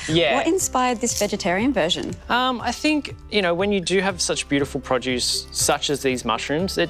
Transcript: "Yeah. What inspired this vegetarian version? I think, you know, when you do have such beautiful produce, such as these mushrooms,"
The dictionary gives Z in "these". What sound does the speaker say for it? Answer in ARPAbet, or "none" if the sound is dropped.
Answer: Z